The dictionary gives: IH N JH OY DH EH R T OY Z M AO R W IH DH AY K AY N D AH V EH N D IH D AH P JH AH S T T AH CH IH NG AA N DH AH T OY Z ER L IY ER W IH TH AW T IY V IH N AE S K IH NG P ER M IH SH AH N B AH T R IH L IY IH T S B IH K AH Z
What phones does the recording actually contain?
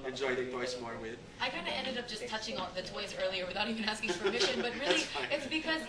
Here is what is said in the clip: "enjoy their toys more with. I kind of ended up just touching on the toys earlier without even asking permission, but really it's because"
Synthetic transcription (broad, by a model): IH N JH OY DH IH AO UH S M AO R W IH DH AY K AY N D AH EH N D IH D AH P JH AH S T T AH CH IH NG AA DH AH T OY Z ER L IY ER W IH TH AW T IY V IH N AE S K IH NG F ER M IH SH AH N B AH T R IH L IY IH T S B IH K AH Z